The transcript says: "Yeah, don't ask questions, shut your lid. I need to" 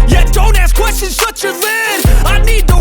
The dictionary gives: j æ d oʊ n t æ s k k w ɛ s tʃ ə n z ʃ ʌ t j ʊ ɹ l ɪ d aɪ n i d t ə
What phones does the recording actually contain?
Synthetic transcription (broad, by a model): j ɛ d oʊ n t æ s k k w ɛ s tʃ ə n z s ʌ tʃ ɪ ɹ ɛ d aɪ n i d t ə